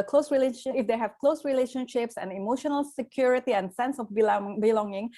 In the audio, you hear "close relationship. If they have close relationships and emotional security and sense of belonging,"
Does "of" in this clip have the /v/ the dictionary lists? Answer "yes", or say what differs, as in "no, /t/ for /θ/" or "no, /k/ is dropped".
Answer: no, /b/ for /v/